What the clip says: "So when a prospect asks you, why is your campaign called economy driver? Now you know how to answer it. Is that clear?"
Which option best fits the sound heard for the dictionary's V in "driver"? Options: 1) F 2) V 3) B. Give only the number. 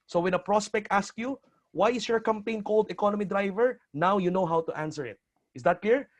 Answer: 2